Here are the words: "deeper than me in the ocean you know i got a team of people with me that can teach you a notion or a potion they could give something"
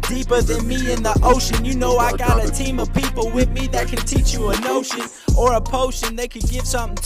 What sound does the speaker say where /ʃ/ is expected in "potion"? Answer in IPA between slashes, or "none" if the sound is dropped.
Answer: /ʃ/